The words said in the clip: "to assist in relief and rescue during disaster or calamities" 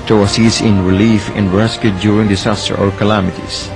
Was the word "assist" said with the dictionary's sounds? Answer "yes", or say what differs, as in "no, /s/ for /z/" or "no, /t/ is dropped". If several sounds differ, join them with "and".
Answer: no, /t/ is dropped